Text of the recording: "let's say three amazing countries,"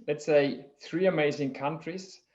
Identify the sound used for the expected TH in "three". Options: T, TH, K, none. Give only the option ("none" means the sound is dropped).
TH